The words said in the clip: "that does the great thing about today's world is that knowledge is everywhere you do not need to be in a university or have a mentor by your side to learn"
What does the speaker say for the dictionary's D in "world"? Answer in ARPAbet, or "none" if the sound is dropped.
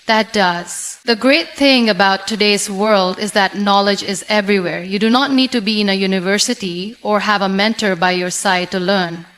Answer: D